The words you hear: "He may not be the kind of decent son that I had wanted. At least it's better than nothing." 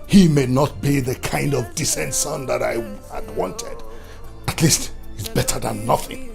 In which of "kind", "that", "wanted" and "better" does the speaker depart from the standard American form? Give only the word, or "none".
none